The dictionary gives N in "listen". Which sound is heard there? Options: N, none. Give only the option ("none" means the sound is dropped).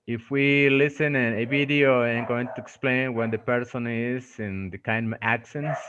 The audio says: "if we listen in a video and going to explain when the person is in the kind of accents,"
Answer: N